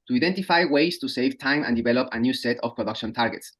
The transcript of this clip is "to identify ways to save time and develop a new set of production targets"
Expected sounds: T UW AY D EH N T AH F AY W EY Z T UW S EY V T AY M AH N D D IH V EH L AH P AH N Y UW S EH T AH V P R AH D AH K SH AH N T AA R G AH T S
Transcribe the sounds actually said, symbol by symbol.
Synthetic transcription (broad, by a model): T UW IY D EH N T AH F AY W EY S T UW S EY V T AY M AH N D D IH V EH L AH P AH N Y UW S EH T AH F P R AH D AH K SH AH N T AA R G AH T S